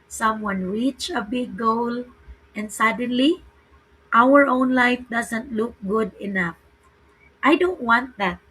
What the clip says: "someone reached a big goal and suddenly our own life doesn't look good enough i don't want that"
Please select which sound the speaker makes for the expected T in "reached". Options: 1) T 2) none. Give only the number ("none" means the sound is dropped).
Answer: 2